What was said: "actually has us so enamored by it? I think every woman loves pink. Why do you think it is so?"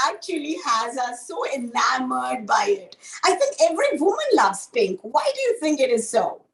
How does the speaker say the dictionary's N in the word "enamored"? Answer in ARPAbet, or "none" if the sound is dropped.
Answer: L